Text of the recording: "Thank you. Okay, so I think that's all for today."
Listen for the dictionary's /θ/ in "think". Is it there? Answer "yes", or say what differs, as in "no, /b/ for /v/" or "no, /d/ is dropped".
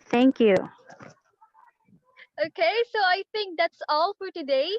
no, /t/ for /θ/